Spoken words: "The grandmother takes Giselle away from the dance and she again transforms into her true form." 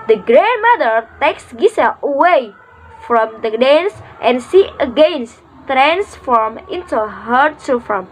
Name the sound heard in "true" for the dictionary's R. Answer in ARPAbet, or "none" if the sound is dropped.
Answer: none